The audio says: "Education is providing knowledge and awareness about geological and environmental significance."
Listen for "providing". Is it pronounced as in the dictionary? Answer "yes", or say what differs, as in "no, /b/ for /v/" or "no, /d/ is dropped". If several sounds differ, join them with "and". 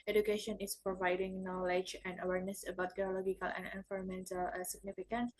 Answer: yes